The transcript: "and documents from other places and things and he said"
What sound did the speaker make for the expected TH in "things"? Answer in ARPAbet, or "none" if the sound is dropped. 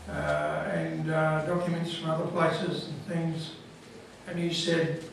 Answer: TH